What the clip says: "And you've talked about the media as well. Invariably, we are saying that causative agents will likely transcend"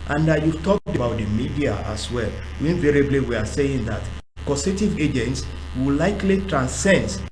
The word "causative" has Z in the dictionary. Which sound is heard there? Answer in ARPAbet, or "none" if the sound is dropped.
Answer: S